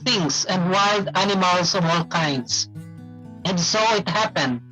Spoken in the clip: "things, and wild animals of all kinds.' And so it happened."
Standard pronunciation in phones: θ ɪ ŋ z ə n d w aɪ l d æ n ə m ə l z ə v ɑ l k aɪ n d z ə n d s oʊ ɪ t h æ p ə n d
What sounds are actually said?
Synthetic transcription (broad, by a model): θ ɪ ŋ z ə n d w aɪ l d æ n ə m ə l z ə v ɑ l k aɪ n d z ə n d s oʊ ɪ t h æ p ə n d